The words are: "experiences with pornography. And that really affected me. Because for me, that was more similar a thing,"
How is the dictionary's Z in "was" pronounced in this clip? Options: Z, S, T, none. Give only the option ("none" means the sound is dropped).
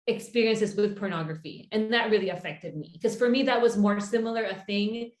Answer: Z